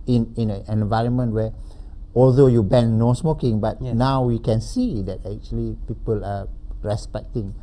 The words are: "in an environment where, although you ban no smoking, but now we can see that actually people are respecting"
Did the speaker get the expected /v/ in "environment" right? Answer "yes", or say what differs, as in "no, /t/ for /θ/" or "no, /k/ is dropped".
yes